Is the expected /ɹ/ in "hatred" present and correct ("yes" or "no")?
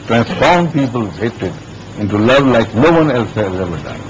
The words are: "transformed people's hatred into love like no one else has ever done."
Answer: no